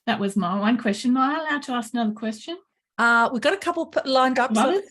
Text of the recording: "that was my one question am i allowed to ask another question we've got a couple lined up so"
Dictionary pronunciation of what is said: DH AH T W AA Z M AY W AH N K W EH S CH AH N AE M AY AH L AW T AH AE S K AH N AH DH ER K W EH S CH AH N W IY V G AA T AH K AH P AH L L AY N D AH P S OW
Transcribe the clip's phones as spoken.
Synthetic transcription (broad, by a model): DH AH T W AA Z M AY W AH N K W EH S CH AH N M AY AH L AW T AH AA S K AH N AH DH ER K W EH S CH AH N W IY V G AA T AH K AH P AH L L AY N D AH P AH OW